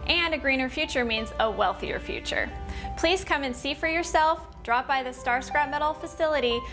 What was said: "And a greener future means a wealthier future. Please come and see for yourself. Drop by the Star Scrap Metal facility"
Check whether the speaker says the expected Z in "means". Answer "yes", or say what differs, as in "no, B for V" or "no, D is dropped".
yes